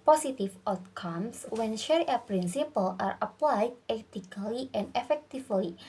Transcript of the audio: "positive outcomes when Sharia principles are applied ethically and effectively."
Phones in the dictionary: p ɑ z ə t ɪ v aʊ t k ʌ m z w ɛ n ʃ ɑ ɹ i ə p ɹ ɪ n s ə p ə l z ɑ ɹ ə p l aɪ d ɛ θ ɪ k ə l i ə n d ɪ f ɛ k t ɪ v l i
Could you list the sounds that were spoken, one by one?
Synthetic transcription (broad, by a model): p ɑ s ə t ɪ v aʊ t k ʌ m s w ɛ n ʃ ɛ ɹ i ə p ɹ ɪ n s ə p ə l ɑ ɹ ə p l aɪ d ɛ t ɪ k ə l i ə n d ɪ f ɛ k t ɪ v l i